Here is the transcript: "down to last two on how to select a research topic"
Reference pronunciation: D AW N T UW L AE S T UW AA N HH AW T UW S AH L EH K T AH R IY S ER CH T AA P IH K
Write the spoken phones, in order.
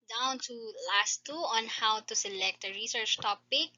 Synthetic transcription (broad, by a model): D AW N T UW L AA S T UW AA N HH AW T UW S AH L EH K T AH R IY S ER CH T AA P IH K